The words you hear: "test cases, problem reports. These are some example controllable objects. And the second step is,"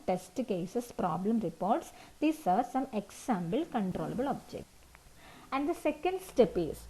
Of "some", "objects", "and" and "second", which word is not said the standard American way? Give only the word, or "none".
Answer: objects